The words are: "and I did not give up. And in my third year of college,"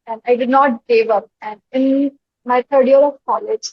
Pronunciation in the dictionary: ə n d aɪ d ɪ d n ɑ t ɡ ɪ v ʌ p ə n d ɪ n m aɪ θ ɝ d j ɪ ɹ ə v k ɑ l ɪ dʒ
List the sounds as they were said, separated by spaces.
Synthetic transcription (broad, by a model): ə n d aɪ d ɪ d n ɑ t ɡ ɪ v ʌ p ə n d ɪ n m aɪ t ɝ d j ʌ ɹ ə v k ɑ l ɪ dʒ